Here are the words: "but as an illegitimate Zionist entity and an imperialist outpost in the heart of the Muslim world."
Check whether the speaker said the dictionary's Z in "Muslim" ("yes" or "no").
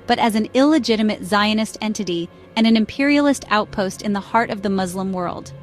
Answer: yes